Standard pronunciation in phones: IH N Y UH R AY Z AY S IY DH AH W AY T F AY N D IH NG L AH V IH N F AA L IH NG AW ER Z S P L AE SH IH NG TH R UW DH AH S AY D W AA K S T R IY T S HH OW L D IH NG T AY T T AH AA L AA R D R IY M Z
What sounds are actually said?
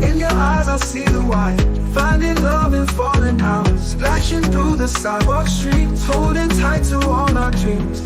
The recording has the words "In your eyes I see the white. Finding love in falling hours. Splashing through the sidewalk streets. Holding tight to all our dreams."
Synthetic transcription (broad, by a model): IH N Y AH R AY Z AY S IY DH AH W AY F AY N D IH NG L AH V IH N F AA IH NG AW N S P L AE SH IH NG TH R UW DH AH S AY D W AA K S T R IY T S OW D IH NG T AY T T AH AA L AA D R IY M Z